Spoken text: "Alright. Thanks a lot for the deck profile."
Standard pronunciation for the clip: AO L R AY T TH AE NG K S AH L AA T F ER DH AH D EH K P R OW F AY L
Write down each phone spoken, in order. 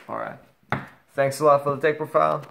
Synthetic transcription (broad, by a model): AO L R AY T TH AE NG K S AH L AA T F ER DH AH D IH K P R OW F AY L